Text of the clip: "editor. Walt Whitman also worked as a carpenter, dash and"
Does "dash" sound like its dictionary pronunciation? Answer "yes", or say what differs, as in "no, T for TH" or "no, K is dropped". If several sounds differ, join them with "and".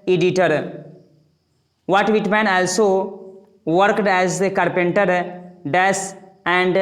no, S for SH